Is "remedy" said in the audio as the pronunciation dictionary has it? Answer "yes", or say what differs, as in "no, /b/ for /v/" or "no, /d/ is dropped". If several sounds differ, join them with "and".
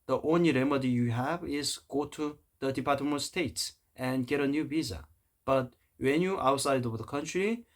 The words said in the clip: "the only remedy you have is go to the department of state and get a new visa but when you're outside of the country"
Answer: yes